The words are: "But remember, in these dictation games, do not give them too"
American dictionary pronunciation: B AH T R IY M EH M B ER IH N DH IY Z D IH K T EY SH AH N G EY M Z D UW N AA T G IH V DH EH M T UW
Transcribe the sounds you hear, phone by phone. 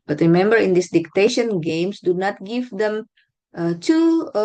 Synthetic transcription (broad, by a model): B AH T R IY M EH M B ER IH N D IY S D IH K T EY SH AH N G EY M S D UW N AA T G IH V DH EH M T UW